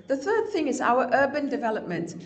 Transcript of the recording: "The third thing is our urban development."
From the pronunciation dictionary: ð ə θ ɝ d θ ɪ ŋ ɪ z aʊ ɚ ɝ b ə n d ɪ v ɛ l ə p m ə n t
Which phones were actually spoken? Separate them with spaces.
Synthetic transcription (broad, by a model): ð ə θ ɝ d θ ɪ ŋ ɪ z aʊ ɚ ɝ b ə n d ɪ v ɛ l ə p m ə n t